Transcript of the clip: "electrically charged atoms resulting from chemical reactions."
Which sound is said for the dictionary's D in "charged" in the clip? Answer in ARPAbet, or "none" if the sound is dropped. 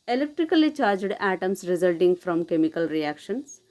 D